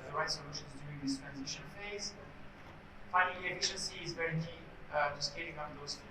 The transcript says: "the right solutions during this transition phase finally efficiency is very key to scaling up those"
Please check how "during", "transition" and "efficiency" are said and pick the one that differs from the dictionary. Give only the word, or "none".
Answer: during